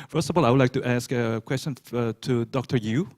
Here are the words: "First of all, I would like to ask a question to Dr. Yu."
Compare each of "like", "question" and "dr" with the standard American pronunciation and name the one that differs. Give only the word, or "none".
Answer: none